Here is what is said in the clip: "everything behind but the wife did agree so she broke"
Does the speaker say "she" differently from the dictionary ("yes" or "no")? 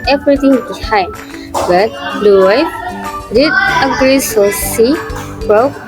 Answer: yes